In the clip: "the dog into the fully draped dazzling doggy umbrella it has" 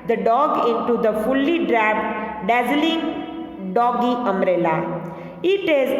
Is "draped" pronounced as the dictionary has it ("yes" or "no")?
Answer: no